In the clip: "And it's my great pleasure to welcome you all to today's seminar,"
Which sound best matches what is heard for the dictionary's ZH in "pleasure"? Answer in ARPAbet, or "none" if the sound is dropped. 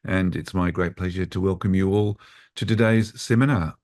ZH